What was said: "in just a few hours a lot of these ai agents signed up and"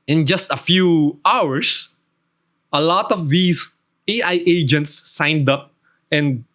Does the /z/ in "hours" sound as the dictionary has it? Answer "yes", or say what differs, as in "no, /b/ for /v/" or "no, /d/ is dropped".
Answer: no, /s/ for /z/